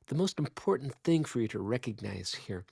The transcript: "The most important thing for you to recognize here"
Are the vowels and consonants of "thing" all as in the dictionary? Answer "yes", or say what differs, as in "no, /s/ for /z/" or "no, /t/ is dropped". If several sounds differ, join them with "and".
yes